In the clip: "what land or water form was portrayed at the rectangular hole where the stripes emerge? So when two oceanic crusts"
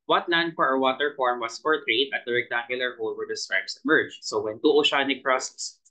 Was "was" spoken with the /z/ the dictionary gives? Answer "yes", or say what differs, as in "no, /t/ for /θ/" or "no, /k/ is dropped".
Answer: no, /s/ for /z/